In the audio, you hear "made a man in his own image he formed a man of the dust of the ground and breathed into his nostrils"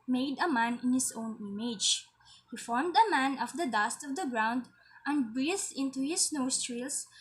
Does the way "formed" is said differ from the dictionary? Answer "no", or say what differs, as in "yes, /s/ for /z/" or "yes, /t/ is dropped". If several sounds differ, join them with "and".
no